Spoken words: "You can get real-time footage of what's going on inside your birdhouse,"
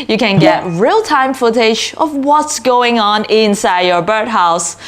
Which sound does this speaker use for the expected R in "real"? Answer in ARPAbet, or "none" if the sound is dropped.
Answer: R